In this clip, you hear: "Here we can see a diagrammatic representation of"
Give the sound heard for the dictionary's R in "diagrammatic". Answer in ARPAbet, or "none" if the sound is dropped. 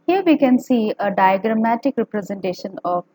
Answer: R